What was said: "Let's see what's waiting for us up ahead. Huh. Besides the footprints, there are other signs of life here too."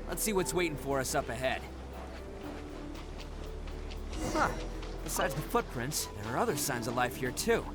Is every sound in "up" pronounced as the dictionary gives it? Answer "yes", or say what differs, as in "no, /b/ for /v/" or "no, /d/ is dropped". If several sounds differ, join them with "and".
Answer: yes